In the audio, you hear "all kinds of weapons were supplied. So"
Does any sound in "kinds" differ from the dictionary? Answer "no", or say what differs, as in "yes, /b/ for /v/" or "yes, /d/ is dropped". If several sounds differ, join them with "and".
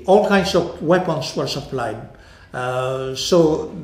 yes, /s/ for /z/